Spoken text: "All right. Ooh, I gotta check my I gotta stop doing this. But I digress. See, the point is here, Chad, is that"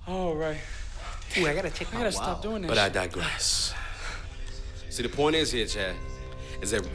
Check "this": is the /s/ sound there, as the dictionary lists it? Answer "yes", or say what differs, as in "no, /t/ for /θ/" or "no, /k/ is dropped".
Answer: no, /s/ is dropped